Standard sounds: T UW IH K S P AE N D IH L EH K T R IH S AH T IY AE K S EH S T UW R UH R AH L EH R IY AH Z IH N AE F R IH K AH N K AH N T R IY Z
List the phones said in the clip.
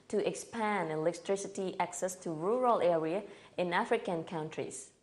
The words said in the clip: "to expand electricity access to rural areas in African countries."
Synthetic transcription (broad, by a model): T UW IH K S P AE N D IH L EH K T R IH S AH T IY AE K S EH S T UW R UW R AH L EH R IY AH IH N AE F R IH K AH N K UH N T R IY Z